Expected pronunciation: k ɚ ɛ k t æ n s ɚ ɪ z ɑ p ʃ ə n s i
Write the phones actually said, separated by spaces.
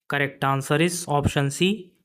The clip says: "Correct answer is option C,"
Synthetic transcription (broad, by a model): k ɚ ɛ k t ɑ n s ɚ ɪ s ɑ p ʃ ə n s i